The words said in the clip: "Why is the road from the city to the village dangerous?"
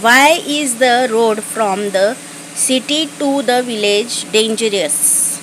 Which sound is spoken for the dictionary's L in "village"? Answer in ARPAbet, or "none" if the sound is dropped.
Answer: L